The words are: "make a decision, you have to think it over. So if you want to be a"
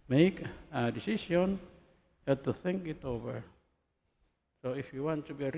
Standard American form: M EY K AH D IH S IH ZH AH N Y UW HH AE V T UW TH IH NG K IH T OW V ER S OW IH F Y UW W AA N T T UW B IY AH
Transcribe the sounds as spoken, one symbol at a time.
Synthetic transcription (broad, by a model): M EY K AH D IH S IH S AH N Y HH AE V T UW TH IH NG K IH T OW V ER S OW IH F Y UW W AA N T T UW B IY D